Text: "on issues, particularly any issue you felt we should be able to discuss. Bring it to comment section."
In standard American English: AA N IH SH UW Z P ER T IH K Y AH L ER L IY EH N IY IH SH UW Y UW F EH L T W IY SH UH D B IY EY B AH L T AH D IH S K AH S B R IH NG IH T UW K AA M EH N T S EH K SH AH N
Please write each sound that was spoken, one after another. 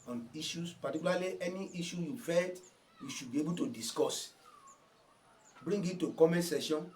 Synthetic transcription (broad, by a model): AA N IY SH UW S P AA T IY K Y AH L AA L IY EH N IY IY SH UW Y UW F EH T W IY SH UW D B IY EY B AH L T AH D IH S K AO S B R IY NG IH T UW K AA M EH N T S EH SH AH N